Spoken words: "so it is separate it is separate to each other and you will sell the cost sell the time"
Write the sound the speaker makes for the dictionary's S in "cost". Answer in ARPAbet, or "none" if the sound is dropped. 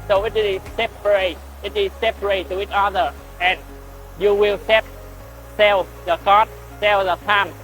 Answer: none